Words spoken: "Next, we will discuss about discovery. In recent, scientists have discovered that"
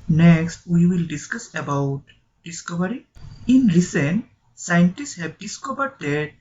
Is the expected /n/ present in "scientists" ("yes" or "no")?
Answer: yes